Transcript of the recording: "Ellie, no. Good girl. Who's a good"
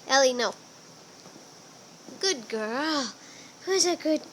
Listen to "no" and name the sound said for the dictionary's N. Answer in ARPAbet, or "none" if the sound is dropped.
N